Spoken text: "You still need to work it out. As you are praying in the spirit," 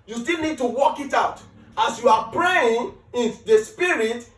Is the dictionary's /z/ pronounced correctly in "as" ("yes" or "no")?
no